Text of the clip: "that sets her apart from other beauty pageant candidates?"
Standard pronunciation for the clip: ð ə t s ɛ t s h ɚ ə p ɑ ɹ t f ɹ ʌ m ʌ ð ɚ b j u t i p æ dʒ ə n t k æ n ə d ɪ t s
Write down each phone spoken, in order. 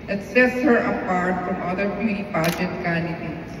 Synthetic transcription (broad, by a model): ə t s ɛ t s h ɚ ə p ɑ ɹ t f ɹ ʌ m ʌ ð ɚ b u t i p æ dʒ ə t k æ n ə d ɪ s